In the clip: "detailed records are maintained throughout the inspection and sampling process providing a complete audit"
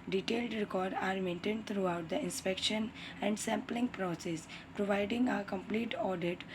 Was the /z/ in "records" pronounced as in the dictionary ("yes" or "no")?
no